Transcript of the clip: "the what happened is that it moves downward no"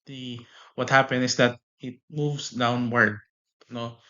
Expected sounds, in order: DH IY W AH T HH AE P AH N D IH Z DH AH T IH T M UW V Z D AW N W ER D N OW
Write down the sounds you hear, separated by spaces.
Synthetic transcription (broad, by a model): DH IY W AH T HH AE P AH N IH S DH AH T IH T M UW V S D AW N W ER D N OW